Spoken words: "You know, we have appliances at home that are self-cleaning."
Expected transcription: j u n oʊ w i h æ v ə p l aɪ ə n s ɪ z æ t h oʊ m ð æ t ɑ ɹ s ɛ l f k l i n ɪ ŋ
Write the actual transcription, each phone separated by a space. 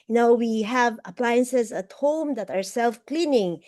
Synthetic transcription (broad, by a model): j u n oʊ w i h æ v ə p l aɪ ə n s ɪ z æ t h oʊ m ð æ t ɑ ɹ s ɛ l f k l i n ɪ ŋ